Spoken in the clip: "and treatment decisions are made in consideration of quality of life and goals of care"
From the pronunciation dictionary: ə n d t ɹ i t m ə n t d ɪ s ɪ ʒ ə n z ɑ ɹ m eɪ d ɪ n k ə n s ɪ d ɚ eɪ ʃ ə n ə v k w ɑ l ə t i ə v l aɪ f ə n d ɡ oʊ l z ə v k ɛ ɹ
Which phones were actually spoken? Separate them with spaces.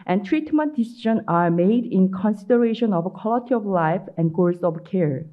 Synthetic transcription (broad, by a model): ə n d t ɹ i t m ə n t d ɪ s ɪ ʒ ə n ɑ ɹ m eɪ d ɪ n k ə n s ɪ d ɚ eɪ ʃ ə n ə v k w ɑ l ə t i ə v l aɪ f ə n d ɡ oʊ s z ə v k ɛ ɹ